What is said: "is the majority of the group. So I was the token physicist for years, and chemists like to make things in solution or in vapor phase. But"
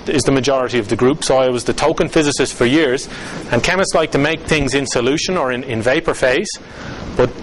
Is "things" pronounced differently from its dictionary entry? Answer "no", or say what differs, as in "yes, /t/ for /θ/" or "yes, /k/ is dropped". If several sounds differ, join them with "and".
no